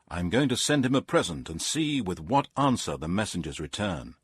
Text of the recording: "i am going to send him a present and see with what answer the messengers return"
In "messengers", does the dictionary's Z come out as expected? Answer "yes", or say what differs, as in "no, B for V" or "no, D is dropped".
yes